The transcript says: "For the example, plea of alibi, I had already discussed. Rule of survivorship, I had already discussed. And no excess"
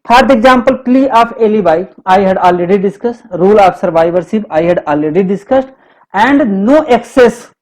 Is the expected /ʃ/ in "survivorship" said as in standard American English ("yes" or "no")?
no